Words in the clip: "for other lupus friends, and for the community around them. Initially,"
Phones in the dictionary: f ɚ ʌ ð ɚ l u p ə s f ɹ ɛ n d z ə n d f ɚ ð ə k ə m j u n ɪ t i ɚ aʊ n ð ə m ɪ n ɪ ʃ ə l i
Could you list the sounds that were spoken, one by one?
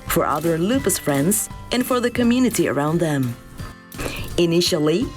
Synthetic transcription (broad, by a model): f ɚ ʌ ð ɚ l u p ə s f ɹ ɛ n d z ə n f ɚ ð ə k ə m j u n ɪ t i ɚ aʊ n ð ə m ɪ n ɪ ʃ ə l i